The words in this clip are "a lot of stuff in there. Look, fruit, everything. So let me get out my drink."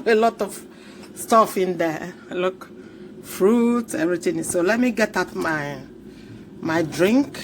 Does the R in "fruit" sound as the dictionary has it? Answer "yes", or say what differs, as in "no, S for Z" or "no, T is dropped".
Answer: yes